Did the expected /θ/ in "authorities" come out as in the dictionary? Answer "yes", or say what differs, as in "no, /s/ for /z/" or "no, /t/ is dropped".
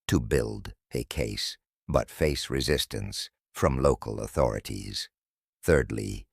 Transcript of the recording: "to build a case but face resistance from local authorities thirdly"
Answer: yes